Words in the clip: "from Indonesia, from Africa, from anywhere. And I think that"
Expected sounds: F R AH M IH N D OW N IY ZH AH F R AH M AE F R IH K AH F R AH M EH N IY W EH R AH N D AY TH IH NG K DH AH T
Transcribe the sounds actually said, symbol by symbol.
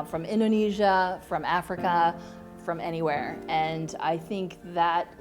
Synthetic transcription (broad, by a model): F R AH M IH N D OW N IY ZH AH F R AH M AE F R IH K AH F R AH M EH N IY W EH R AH N AY TH IH NG K DH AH T